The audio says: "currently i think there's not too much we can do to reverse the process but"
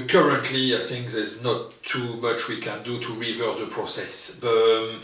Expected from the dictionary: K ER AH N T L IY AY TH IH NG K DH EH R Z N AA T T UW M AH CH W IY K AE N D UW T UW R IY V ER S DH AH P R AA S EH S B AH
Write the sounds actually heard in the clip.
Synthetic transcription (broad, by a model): K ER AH N T L IY AY TH IH NG K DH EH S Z N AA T T UW M AH CH W IY K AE N D UW T UW R IY V ER S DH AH P R AA S EH S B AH